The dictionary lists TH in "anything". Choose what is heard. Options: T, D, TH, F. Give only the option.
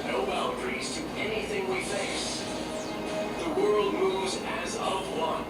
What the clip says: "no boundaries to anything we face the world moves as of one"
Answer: TH